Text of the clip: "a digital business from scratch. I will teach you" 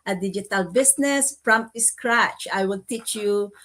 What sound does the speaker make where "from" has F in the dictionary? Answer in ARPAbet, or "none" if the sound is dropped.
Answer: P